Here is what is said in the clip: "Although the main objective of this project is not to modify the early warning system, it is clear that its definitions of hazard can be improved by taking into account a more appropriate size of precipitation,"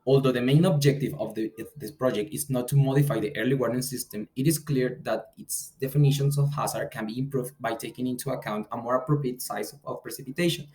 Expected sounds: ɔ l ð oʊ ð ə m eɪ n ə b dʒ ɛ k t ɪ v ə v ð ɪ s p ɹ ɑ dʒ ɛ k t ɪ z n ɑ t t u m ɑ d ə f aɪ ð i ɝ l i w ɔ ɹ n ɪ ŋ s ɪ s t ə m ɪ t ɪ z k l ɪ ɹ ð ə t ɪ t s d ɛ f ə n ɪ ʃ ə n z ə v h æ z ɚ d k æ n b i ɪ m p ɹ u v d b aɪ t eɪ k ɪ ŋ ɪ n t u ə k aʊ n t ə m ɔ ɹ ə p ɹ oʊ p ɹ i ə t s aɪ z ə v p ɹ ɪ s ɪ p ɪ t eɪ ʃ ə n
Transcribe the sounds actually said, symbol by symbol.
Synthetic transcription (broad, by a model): ɔ l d oʊ ð ə m eɪ n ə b dʒ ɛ k t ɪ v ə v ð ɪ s p ɹ ɑ dʒ ɛ k t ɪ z n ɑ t t u m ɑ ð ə f aɪ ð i ɝ l i w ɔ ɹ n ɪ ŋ s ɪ s t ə m ɪ t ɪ s k l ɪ ɹ ð ə t ɪ t s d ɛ f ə n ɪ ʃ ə n s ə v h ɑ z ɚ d k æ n b i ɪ m p ɹ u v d b aɪ t eɪ k ɪ ŋ ɪ n t u ə k aʊ n t ə m ɔ ɹ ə p ɹ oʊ p ɹ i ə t s aɪ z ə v p ɹ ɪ s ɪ p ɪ t eɪ ʃ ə n